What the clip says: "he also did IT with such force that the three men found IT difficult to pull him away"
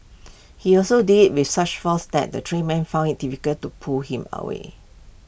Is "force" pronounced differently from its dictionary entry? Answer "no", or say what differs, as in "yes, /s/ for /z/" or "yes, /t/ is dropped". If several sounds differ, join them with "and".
yes, /l/ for /ɹ/